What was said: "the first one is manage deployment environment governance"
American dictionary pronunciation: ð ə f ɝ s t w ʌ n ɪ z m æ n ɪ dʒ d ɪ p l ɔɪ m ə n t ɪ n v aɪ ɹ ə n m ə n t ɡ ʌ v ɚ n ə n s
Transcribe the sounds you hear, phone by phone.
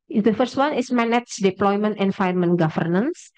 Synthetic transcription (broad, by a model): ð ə f ɝ s t w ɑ n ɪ s m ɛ n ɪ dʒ d ɪ p l ɔɪ m ə n t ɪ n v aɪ ə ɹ m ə n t ɡ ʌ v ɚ n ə n s